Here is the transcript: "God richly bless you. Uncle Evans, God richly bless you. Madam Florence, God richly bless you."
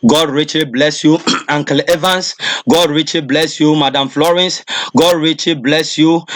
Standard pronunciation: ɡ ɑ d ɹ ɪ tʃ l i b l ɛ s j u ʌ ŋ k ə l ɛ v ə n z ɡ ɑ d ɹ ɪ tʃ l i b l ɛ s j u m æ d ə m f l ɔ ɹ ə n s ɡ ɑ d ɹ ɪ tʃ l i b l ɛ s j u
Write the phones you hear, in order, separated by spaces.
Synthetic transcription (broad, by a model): ɡ ɑ d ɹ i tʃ l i b l ɛ s j u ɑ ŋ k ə l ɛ v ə n s ɡ ɑ d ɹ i tʃ l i b l ɛ s j u m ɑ d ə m f l ɔ ɹ ə n s ɡ ɑ d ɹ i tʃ l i b l ɛ s j u